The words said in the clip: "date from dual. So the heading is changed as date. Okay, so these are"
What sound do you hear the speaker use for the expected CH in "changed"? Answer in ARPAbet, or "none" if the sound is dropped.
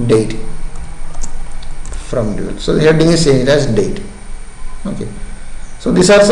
S